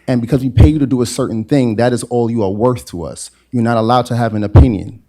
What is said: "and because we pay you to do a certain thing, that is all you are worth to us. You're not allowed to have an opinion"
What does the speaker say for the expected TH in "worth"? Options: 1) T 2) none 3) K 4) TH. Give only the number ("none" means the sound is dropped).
4